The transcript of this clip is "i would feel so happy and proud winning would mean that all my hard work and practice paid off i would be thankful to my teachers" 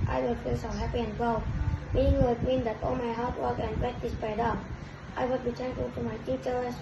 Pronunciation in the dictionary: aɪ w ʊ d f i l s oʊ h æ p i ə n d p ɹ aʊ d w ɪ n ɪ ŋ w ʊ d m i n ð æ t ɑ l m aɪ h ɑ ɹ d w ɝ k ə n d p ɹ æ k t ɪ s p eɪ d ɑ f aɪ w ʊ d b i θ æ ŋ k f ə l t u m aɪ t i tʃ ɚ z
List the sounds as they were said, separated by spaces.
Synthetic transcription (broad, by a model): aɪ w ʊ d f i l s oʊ h æ p i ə n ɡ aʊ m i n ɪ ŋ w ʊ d m i n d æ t ɑ l m aɪ h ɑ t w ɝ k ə n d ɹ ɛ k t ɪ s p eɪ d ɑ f aɪ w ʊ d b i t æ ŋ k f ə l t u m aɪ t i tʃ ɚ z